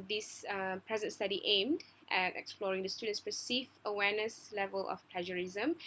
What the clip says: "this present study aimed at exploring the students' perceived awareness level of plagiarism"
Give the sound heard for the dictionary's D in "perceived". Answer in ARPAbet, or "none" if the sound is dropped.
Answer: none